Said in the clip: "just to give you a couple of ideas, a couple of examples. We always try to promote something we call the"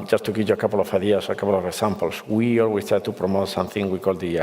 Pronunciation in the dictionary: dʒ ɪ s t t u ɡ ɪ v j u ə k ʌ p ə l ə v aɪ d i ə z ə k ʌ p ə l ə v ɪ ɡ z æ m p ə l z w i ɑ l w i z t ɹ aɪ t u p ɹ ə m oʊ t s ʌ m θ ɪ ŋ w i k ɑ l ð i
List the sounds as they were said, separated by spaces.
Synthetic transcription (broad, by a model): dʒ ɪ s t t u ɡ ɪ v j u ə k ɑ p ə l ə f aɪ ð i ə s ə k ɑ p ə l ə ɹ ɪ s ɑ m p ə l s w i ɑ l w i s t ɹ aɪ t u p ɹ ə m oʊ t s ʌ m θ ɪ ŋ w i k ɑ l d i